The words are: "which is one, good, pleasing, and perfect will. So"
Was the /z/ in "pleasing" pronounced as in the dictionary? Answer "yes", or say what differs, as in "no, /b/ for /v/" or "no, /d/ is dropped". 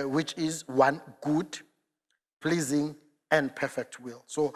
yes